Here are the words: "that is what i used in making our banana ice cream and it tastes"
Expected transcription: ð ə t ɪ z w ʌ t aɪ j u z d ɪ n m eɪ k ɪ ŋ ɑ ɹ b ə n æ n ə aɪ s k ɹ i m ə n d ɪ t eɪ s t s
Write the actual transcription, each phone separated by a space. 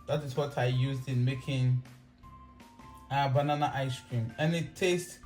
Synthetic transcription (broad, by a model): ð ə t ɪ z w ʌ t aɪ j u z d ɪ n m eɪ k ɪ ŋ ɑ b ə n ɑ n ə aɪ s k ɹ i m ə n ɪ t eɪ s t